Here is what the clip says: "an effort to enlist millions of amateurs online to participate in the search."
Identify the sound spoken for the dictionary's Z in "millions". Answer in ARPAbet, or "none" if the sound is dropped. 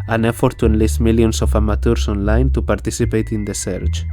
S